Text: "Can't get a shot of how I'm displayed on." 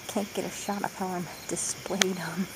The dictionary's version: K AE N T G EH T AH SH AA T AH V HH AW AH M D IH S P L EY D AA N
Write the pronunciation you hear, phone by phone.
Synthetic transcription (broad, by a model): K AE N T G EH T AH SH AA T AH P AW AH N D IH S P L EY D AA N